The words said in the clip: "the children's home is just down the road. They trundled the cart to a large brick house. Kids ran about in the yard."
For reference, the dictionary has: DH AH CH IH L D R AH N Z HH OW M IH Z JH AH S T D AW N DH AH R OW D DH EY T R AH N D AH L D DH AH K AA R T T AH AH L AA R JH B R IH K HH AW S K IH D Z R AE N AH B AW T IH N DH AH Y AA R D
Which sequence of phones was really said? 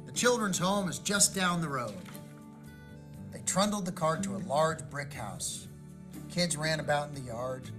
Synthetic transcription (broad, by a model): DH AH CH IH L D R AH N Z HH OW M IH Z JH AH S D AW N DH AH R OW D DH EY T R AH N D L D DH AH K AA R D T AH AH L AA R JH B R IH K HH AW S K IH D Z R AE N AH B AW T N DH AH Y AA R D